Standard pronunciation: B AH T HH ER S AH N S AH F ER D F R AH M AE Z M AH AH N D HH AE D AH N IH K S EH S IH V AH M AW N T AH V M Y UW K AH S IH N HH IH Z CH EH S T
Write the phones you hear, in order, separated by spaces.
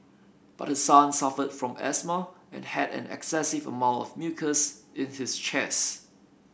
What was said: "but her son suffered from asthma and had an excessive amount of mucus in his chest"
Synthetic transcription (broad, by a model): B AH T HH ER S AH N S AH F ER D F R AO M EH S M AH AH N HH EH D AH N IH K S EH S IH V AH M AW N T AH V M Y UW K AH S IH N HH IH S CH EH S